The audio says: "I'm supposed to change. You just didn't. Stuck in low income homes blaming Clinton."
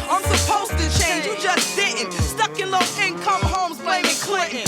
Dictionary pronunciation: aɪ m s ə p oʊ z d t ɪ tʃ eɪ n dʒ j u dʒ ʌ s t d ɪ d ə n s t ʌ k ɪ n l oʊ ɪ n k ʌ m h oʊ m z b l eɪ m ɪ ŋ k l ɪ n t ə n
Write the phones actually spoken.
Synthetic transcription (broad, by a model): aɪ m s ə p oʊ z t ɪ tʃ eɪ n dʒ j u dʒ ʌ s t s ɪ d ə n s t ʌ k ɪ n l oʊ ɪ n k ʌ m h oʊ m z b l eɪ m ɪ k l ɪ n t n